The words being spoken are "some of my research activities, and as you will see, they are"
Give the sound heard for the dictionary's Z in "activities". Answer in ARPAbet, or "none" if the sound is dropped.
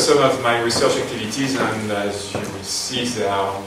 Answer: Z